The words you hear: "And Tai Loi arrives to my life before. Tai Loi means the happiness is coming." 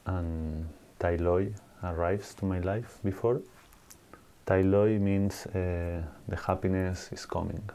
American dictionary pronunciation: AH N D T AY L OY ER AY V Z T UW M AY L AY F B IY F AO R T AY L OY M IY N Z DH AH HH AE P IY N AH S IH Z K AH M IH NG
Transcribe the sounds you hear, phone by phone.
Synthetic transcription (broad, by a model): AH N T AY L OY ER AY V S T UW M AY L AY F B IY F AO R T AY L OY M IY N S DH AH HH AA P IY N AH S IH S K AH M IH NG